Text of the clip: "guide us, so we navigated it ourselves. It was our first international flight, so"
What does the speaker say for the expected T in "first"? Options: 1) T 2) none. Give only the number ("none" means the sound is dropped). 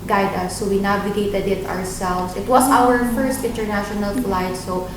1